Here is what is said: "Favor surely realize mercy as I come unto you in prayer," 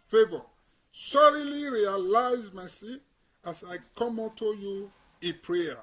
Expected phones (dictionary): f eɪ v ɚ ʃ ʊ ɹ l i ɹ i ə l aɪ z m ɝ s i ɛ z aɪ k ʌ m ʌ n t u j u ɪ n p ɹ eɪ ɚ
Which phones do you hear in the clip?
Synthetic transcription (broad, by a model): f eɪ v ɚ s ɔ ɹ l i ɹ i ə l aɪ z m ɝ s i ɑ s aɪ k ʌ m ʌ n t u j u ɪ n p ɹ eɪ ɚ